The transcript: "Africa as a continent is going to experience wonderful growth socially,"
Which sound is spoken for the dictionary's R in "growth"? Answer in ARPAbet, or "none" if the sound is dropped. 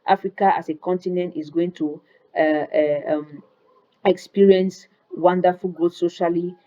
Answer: none